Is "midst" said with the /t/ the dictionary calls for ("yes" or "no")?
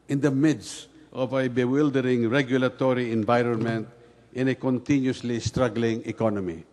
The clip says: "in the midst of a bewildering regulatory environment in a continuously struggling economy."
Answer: yes